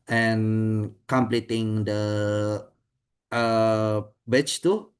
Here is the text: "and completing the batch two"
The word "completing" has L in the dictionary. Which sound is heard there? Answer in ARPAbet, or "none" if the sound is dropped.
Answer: L